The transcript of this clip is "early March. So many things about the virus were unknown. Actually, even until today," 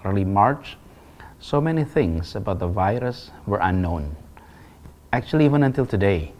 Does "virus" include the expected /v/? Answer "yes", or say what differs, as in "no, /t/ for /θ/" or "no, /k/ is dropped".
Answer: yes